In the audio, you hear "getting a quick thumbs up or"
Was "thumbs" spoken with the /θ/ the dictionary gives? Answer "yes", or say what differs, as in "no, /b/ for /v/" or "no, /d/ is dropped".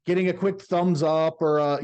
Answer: yes